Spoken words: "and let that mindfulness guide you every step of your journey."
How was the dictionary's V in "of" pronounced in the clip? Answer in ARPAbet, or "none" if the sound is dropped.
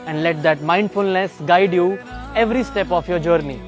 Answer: F